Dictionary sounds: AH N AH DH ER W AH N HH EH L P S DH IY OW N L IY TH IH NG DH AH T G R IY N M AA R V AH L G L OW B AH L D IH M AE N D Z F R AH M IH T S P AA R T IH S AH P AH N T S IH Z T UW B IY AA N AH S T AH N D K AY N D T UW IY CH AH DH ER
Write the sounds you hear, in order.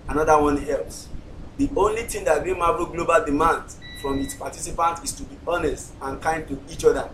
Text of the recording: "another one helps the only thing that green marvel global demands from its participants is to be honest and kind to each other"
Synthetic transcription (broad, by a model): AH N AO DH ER W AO N EH L S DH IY OW N L IY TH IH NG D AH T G IY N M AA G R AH G L OW B AH L D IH M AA N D F R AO M IH T S P AA T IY S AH P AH N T IH S T UW B IY AA N AH S T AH N K AY N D T UW IY CH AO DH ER